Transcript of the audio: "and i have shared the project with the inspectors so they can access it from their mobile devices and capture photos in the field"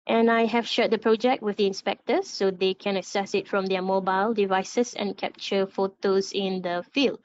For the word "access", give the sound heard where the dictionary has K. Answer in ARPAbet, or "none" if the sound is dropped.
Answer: none